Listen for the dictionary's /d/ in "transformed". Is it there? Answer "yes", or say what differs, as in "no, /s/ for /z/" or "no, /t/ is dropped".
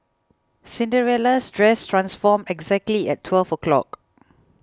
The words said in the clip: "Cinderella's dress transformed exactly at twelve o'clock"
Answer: no, /d/ is dropped